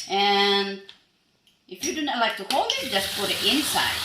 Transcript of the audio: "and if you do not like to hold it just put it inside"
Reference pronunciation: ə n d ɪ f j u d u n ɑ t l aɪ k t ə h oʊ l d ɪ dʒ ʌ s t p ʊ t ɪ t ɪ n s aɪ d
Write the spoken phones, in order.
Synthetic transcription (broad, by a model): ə n ɪ f j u d u n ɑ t l aɪ k t ə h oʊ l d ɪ dʒ ʌ s t f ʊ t ɪ t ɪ n s aɪ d